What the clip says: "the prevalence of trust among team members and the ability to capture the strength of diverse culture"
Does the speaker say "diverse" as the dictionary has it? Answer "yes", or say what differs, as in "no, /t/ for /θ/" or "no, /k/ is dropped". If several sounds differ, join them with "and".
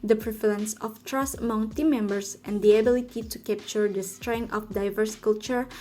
yes